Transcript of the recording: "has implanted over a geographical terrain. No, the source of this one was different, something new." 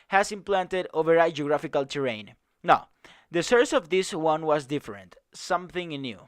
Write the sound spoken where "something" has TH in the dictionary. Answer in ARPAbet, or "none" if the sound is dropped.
TH